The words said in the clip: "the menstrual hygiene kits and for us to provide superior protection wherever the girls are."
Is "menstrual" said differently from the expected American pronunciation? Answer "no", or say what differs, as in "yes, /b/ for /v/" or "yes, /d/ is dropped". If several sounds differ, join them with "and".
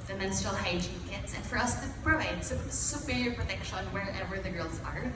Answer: yes, /ɹ/ is dropped